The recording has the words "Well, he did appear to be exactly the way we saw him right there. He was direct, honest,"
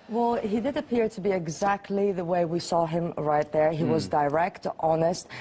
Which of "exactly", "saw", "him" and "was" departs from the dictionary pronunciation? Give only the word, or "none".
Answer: none